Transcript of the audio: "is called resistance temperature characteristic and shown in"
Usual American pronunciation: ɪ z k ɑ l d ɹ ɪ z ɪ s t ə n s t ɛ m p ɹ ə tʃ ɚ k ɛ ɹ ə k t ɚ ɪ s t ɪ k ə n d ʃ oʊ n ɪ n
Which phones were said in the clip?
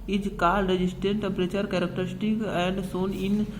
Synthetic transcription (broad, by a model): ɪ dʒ k ɑ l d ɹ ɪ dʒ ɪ s t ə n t t ɛ m p ɹ ə tʃ ɚ k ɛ ɹ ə k t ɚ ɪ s t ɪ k ə n d s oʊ n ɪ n